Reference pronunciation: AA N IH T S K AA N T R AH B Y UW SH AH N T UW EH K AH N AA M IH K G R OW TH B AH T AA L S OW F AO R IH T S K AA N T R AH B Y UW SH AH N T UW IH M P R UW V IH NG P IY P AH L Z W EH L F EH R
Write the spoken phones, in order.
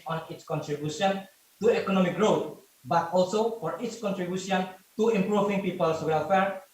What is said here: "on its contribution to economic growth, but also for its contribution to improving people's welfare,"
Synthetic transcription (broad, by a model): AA N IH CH K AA N T R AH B Y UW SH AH N T UW EH K AH N AA M IH K G R OW T B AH T AA L S OW F AO R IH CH K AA N T R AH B Y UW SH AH N T UW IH M P R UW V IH NG P IY P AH L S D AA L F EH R